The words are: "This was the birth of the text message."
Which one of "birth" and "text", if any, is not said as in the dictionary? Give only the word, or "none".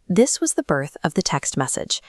none